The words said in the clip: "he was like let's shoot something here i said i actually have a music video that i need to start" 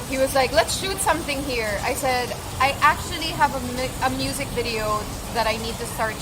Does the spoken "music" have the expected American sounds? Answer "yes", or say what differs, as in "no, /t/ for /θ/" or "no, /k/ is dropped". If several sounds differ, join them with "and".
yes